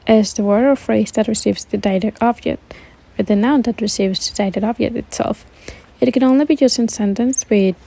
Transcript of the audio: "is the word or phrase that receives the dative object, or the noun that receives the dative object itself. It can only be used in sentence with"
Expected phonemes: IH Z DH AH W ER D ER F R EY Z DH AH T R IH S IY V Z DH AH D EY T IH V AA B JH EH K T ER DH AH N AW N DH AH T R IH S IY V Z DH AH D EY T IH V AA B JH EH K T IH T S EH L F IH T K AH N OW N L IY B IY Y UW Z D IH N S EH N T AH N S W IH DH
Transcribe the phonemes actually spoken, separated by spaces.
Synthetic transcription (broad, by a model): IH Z DH AH W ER ER F R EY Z DH AH T R IH S IY V Z DH AH D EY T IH AA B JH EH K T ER DH AH N AW N DH AH T R IH S IY V Z DH AH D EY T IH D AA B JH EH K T IH T S EH L F IH T K AH N OW N L IY B IY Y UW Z IH N S EH N T AH N S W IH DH